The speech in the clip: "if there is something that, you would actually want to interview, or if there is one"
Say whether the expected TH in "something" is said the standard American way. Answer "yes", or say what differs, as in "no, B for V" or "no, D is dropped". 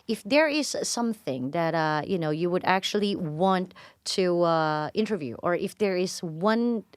yes